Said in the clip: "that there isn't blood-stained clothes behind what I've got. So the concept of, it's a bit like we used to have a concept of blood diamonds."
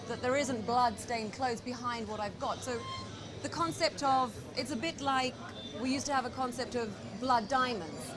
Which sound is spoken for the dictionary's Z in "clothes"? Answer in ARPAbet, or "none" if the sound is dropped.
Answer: Z